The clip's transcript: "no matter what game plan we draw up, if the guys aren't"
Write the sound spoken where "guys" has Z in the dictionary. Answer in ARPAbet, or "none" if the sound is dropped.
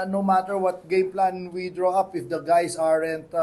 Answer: S